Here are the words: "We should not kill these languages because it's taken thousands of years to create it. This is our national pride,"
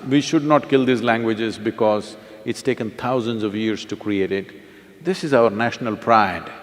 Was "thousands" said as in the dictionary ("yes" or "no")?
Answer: no